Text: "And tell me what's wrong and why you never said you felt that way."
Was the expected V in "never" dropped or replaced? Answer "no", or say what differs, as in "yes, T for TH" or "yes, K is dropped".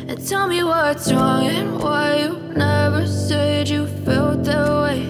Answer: no